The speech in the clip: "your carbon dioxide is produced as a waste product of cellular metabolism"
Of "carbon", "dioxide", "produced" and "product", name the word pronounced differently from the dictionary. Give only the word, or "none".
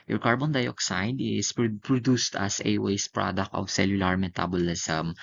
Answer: none